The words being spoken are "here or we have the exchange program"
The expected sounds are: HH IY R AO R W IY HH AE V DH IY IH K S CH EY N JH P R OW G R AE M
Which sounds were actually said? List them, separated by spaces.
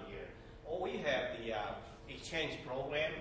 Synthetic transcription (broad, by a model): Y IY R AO L W IY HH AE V DH IY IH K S CH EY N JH P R OW G R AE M